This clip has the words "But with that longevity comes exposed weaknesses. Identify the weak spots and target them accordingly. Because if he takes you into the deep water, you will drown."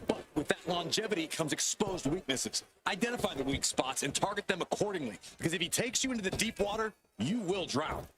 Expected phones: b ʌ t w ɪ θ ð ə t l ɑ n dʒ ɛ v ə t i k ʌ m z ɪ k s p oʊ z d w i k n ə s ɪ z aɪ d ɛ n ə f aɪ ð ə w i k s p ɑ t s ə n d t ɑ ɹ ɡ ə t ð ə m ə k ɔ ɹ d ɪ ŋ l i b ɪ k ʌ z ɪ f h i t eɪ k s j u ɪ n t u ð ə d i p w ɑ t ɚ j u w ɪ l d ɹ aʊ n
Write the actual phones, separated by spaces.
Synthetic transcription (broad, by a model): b ʌ t w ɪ ð ə t l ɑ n dʒ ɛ v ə t i k ʌ m z ɪ k s p oʊ z d w i k n ə s ɪ z aɪ d ɛ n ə f aɪ ð ə w i k s p ɑ t s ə n t ɑ ɹ ɡ ə t ð ə m ə k ɔ ɹ d ɪ ŋ l i b ɪ k ʌ z ɪ f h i t eɪ k s j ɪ ɪ n t u ð ə d i p w ɑ t ɚ j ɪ w ɪ l d ɹ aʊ